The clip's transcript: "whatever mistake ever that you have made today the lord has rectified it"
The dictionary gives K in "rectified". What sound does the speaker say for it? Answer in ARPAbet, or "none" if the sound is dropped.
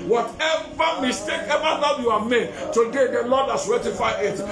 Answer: none